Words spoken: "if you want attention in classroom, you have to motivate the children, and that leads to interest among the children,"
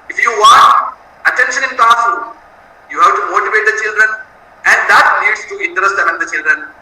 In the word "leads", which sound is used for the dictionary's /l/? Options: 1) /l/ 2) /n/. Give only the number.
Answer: 2